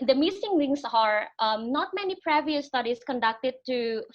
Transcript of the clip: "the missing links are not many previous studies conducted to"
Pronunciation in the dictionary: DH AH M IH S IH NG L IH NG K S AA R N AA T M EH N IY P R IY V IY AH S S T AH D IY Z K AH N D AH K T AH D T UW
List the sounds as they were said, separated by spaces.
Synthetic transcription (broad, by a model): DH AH M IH S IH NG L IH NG S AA R N AA T M EH N IY P R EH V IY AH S S T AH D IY S K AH N D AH K T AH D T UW